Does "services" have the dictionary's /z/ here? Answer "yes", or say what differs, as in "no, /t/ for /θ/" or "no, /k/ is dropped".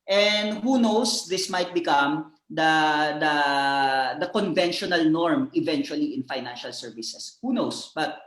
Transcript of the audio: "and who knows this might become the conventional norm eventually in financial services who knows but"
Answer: no, /s/ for /z/